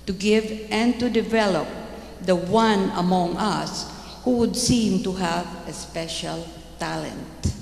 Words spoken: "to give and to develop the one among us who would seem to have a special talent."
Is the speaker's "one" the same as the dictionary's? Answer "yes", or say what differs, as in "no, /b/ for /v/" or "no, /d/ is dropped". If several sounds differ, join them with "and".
yes